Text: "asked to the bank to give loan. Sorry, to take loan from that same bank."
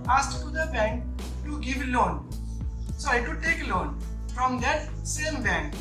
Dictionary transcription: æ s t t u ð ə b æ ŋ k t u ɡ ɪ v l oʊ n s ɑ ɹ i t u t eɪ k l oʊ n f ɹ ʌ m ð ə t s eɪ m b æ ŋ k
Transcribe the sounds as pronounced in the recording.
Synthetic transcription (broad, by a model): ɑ s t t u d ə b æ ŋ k t u ɡ ɪ v l oʊ n s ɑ i t u t eɪ k l oʊ n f ɹ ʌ m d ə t s eɪ m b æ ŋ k